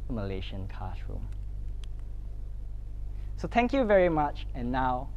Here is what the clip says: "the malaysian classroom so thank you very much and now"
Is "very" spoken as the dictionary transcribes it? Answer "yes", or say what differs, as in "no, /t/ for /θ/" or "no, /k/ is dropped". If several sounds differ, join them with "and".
yes